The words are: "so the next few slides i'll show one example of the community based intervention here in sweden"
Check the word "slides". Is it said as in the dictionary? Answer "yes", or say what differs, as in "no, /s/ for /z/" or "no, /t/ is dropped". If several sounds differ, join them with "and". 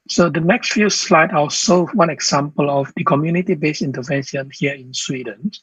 no, /z/ is dropped